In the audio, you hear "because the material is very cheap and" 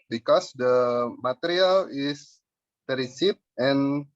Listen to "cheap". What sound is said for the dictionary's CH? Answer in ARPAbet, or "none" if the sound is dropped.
S